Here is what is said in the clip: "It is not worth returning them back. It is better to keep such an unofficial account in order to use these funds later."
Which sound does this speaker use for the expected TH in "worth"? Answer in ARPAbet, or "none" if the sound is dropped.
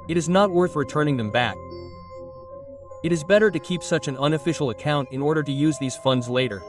TH